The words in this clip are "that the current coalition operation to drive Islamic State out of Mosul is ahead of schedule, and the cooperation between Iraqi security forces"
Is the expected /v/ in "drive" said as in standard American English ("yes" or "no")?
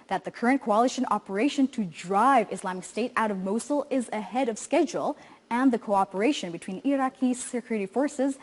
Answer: yes